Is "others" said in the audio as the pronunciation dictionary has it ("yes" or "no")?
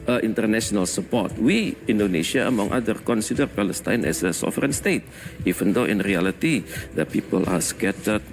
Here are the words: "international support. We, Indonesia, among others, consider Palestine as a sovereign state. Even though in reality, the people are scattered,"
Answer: no